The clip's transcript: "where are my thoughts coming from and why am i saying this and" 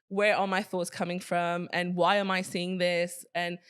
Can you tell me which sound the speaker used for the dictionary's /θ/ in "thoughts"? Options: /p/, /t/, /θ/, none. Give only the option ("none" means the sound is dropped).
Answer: /θ/